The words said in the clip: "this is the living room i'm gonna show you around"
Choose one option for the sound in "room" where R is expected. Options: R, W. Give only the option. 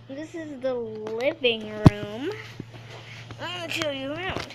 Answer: R